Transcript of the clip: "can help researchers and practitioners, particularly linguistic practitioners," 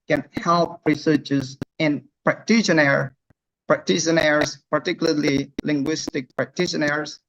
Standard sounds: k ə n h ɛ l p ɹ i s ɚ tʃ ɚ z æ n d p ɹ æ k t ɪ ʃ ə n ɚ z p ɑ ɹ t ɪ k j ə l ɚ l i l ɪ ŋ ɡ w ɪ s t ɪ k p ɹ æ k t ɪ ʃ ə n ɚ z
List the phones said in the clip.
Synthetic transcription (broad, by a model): k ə n h ɛ l p ɹ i s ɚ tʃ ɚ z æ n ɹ p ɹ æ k t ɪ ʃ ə n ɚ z p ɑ ɹ t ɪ k j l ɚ l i l ɪ ŋ ɡ w ɪ s t ɪ k p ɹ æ k t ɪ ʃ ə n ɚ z